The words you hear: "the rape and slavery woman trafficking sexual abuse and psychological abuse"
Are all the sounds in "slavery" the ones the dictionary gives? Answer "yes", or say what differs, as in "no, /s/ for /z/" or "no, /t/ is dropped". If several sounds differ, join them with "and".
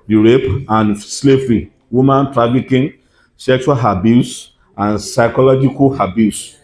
no, /f/ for /v/